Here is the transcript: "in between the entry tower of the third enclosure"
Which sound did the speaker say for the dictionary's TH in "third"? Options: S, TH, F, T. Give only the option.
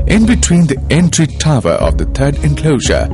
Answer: T